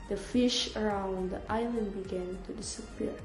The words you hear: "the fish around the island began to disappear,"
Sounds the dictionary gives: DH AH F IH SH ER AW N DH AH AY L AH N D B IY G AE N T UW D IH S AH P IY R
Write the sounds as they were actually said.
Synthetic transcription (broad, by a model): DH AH F IH SH ER AW N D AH AY L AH N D B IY G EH N T UW D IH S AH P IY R